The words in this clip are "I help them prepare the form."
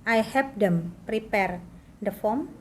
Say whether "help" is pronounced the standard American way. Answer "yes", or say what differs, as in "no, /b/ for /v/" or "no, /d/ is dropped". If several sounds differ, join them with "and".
no, /l/ is dropped